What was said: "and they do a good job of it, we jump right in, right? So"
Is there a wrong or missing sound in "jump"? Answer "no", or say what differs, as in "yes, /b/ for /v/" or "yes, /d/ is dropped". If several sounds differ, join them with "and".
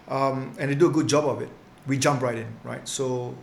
no